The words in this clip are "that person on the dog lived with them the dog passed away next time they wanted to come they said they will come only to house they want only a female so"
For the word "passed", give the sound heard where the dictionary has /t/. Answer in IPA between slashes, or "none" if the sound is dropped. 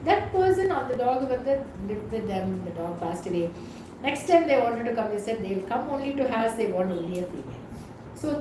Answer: /t/